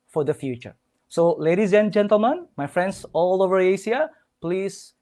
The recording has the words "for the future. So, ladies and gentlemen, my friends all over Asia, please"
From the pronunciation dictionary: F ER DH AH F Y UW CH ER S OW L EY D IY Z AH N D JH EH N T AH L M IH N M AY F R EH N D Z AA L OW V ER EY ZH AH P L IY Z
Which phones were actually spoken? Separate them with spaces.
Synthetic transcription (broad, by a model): F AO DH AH F Y UW CH ER S OW L EY D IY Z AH N JH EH N T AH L M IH N M AY F R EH N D S AA L OW V ER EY S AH P L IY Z